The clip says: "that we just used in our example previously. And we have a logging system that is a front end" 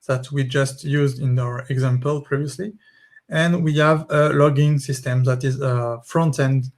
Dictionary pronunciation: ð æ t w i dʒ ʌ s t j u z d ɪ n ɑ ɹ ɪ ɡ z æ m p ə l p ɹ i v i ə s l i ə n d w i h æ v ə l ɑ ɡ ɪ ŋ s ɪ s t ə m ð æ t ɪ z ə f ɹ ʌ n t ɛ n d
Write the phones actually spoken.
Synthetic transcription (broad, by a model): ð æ t w i dʒ ʌ s t j u z d ɪ n ɑ ɹ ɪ ɡ z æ m p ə l p ɹ i v i ə s l i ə n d w i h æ v ə l ɑ ɡ ɪ ŋ s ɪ s t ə m ð æ t ɪ z ə f ɹ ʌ n t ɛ n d